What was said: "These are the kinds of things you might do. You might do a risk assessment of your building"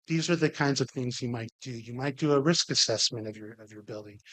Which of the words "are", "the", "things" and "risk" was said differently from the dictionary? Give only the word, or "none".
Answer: none